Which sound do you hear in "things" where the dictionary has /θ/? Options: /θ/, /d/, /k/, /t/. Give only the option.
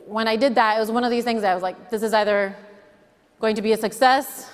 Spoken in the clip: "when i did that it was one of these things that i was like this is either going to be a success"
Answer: /θ/